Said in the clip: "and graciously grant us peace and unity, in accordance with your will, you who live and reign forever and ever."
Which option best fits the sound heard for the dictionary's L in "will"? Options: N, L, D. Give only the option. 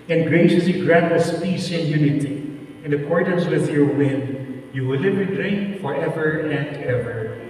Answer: N